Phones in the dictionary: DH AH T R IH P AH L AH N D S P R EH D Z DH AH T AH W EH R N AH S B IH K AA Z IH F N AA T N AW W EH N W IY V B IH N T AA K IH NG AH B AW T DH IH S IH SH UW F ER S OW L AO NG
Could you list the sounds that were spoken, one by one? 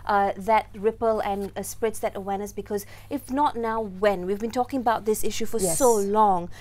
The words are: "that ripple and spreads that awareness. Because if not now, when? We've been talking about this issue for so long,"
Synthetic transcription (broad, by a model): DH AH T R IH P AH L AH N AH S P R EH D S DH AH T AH W EH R N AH S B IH K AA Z IH F N AA T N AW W EH N W IY V B IH N T AA K IH NG AH B AW T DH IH S IH SH UW F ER S OW L AO NG